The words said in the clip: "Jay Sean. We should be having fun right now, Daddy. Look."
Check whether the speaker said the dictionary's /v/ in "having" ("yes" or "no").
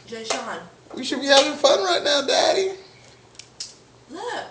yes